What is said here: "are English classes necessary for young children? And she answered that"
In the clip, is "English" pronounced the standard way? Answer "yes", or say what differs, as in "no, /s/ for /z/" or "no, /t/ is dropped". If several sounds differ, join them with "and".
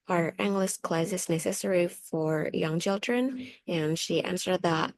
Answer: no, /s/ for /ʃ/